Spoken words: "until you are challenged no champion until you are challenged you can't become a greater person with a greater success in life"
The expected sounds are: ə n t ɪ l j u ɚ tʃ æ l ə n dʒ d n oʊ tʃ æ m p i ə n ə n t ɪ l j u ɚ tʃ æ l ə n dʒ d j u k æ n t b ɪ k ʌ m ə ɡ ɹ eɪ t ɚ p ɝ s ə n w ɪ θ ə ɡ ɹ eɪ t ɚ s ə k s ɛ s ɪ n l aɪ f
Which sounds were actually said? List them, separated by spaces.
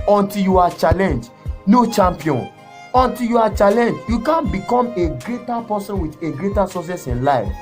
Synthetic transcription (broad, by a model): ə n t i l j u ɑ tʃ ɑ l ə n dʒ n oʊ tʃ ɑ m p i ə n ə n t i l j u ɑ tʃ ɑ l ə n dʒ j u k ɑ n b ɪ k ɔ m ə ɡ ɹ eɪ t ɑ p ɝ s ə n w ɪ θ ə ɡ ɹ eɪ t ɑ s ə s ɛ s ɪ n l aɪ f